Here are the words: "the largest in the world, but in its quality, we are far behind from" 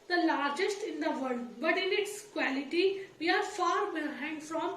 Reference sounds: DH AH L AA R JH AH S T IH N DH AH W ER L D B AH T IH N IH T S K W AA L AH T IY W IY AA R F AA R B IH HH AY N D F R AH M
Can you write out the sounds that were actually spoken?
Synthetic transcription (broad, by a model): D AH L AA R JH AH S T IH N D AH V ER D B AH T IH N IH T S K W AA L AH T IY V IY AA R F AA R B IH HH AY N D F R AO M